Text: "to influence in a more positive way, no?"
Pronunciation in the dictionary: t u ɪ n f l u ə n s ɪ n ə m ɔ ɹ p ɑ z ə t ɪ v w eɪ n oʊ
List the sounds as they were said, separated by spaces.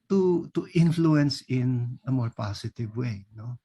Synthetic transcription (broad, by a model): t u ɪ n f l u ə n s ɪ n ə m ɔ ɹ p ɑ s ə t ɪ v w eɪ n oʊ